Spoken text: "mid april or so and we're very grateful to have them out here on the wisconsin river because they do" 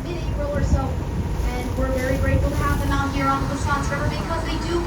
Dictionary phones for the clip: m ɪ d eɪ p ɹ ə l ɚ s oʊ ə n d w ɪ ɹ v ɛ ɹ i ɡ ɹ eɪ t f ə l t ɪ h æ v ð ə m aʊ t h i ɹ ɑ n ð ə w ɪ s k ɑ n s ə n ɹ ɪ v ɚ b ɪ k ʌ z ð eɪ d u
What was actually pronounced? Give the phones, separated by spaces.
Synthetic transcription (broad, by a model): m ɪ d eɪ ɹ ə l ɚ s oʊ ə n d w ɪ ɹ v ɛ ɹ i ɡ ɹ eɪ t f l t ɪ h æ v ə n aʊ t h i ɹ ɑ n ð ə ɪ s ɑ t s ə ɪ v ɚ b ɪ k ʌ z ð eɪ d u